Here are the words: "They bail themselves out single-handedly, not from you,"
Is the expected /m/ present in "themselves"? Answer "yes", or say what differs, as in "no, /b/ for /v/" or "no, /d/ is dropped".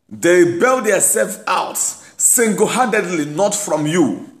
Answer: no, /m/ is dropped